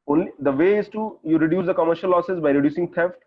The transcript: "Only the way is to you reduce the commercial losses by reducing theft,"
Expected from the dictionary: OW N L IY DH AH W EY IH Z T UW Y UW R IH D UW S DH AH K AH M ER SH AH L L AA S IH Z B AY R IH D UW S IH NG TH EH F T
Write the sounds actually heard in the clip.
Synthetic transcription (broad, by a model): OW N L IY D AH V EY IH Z T UW Y UW R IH D UW S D AH K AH M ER SH AH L L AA S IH S B AY R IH D UW S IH NG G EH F T